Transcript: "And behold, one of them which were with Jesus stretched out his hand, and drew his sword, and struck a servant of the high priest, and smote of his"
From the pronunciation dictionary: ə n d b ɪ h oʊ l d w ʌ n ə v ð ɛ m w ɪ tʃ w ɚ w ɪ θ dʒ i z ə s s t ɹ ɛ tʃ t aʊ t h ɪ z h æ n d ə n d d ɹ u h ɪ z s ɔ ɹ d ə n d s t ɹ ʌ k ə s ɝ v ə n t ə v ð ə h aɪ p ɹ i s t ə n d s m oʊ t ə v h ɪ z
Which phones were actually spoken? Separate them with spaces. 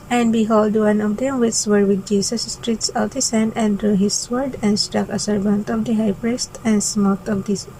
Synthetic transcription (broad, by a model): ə n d b ɪ h oʊ l d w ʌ n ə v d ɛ m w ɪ s w ɚ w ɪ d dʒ i s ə s s t ɹ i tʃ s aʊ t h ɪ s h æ n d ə n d d ɹ u h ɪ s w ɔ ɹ d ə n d s t ɹ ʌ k ə s ɝ v ə n t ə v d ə h aɪ p ɹ i s t ə n d s m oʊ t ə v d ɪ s